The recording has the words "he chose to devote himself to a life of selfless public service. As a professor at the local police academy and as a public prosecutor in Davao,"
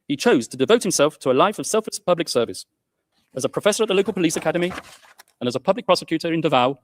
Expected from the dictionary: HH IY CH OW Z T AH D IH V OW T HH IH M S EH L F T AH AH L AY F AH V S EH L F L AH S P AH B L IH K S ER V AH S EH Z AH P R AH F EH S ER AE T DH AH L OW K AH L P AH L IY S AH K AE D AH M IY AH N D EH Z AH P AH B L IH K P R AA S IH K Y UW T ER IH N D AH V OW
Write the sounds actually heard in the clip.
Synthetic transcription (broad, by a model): HH IY CH OW Z T AH D IH V OW T HH IH M S EH L F T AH AH L AY F AH V S EH L F L AH S P AH B L IH K S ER V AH S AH Z AH P R AH F EH S ER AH T DH AH L OW K AH L P AH L IY S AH K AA D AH M IY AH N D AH Z AH P AH B L IH K P R AA S IH K Y UW T ER IH N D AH V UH